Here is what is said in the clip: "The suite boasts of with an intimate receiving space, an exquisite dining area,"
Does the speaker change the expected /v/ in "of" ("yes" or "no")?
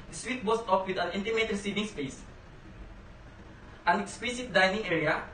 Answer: yes